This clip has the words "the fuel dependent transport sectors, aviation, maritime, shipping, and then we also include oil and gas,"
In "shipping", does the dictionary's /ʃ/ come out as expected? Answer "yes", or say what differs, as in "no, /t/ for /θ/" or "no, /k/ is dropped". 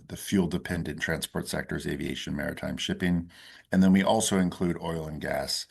yes